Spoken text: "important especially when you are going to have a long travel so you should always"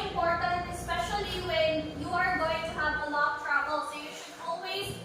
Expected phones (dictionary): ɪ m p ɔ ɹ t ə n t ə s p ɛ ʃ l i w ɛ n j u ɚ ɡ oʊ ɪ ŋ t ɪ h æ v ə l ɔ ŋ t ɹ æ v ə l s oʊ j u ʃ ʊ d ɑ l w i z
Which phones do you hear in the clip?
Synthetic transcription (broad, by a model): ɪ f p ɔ ɹ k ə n ə s p ɛ ʃ l i w ɛ n j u ɚ ɡ oʊ ɪ ŋ t ɪ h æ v ə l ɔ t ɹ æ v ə l s oʊ j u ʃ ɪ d ɑ l w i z